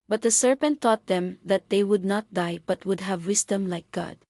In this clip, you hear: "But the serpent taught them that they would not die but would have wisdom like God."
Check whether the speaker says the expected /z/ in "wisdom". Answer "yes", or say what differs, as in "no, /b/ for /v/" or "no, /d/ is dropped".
no, /s/ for /z/